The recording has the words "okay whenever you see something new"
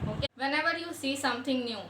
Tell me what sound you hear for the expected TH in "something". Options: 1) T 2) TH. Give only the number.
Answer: 1